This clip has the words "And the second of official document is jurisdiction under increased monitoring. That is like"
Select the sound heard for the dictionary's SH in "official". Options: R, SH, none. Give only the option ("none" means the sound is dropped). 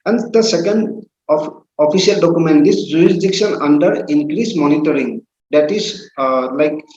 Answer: none